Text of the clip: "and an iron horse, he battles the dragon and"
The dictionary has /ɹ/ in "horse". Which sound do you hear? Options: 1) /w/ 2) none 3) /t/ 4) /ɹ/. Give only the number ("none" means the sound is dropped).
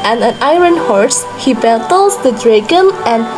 4